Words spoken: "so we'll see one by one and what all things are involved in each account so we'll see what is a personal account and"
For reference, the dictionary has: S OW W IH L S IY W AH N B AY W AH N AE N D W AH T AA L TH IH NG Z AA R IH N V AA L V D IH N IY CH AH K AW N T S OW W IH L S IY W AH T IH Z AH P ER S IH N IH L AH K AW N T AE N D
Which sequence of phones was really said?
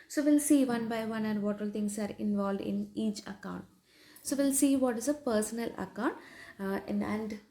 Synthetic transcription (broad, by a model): S OW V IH L S IY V AH N B AY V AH N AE N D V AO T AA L T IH NG S AA R IH N V AA L V D IH N IY CH AH K AW N T S OW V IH L S IY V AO T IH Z AH P ER S IH N IH L AH K AW N T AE N D